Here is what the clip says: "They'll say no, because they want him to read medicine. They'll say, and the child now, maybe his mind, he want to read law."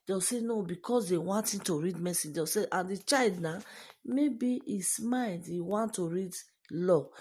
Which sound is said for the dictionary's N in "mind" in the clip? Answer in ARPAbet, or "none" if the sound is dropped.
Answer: L